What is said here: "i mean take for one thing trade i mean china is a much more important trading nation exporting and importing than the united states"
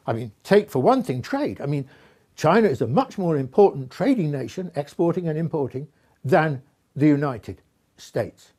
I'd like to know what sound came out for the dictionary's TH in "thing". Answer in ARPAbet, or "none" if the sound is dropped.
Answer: TH